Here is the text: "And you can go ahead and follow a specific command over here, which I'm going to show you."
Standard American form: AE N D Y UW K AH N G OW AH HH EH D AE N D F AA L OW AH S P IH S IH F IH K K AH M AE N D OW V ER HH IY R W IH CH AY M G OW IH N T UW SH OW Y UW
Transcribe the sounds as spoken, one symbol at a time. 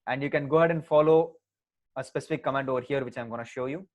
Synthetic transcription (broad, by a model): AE N D Y UW K AH N G OW HH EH D AE N D F AA L OW AH S P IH S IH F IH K K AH M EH N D OW V ER HH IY R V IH CH AY M G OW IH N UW SH OW Y UW